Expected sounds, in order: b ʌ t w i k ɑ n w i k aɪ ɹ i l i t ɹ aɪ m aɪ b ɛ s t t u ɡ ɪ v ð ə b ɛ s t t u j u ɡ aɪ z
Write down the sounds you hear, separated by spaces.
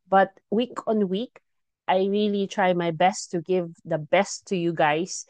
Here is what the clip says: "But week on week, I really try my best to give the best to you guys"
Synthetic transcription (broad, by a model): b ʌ t w i k ɑ n w i k aɪ ɹ i l i t ɹ aɪ m aɪ b ɛ s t t u ɡ ɪ v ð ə b ɛ s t t u j u ɡ aɪ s